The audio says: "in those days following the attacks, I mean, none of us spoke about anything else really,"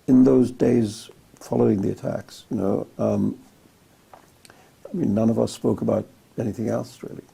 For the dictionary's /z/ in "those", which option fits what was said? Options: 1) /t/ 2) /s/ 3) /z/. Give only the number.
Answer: 3